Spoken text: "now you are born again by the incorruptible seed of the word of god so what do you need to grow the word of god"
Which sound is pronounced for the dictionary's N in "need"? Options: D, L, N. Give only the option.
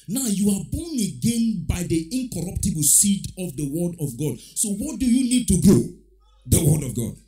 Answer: N